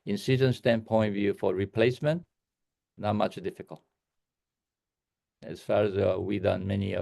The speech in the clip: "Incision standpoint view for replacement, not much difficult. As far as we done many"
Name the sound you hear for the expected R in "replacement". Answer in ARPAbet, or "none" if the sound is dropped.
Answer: R